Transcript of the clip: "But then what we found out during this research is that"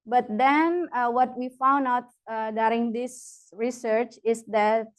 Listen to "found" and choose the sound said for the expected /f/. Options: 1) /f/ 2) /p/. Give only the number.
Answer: 1